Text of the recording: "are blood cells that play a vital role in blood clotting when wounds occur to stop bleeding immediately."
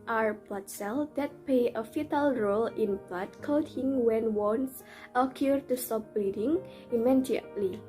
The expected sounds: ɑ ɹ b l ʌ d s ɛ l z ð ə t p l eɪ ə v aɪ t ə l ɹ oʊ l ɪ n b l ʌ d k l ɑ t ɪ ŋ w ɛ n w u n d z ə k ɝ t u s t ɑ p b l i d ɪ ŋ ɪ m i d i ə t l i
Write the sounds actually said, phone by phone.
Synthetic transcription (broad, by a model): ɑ ɹ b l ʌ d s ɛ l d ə t p l eɪ ə f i t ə l ɹ oʊ l ɪ n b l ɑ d k ɑ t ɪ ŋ w ɛ n w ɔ n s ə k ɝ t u s t ɑ p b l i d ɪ ŋ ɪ m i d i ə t l i